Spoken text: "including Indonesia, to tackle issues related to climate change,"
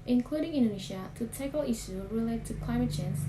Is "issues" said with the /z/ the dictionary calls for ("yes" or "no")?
no